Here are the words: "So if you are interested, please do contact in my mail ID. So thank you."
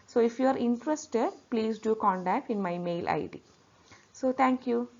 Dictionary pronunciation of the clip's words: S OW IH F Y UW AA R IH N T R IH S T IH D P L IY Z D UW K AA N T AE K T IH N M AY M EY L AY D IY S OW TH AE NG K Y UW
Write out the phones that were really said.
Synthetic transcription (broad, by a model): S OW IH F Y UW AA R IH N T R IH S T IH D P L IY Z D UW K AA N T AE K T IH N M AY M EY L AY D IY S OW T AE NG K Y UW